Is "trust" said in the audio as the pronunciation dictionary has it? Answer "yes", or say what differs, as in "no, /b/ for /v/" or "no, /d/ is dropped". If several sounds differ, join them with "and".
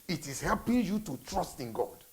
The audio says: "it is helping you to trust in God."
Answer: yes